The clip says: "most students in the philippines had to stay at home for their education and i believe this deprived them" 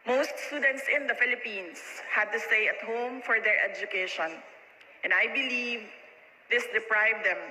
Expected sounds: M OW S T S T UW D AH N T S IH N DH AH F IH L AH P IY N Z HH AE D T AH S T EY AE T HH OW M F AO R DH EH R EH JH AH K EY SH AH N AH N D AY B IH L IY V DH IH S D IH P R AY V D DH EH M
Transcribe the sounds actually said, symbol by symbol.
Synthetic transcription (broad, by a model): M OW S T S T UW D AH N T S IH N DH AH F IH L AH P IY N S HH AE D T AH S T EY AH T HH OW M F AO R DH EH R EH JH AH K EY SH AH N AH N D AY B IH L IY V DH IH S D IH P R AY V D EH M